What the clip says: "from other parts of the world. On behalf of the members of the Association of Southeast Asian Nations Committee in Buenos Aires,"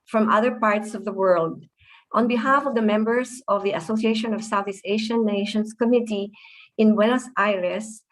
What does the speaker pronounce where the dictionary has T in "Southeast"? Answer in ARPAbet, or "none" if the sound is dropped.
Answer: none